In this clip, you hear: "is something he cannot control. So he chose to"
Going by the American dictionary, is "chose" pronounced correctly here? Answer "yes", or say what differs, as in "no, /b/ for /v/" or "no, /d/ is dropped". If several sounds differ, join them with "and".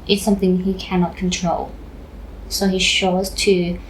no, /ʃ/ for /tʃ/